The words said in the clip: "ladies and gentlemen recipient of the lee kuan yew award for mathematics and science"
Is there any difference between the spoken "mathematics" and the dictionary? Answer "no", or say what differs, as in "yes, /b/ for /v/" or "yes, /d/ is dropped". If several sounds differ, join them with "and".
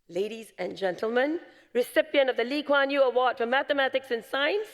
no